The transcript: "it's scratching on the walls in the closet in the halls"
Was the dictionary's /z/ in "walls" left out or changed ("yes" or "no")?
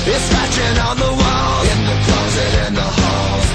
yes